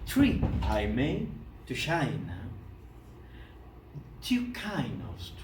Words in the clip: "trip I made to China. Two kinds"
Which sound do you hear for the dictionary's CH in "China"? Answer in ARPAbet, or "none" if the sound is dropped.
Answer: SH